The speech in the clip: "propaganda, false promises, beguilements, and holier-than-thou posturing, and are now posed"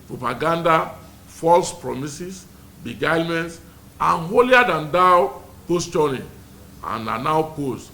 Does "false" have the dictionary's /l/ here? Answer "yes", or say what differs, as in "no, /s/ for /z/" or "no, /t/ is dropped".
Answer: yes